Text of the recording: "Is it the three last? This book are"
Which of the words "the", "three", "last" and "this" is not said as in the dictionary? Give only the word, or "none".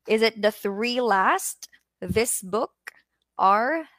none